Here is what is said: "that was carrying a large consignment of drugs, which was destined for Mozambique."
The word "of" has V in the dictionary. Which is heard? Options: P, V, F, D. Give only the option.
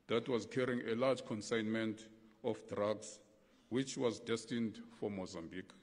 F